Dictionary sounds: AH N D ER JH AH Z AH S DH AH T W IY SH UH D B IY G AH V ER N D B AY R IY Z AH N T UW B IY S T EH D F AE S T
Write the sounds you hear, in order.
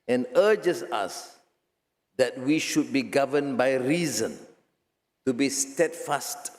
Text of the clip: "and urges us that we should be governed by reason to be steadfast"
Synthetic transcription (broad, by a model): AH N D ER JH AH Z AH S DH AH T W IY SH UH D B IY G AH V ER N B AY R IY Z AH N T UW B IY S T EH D F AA S T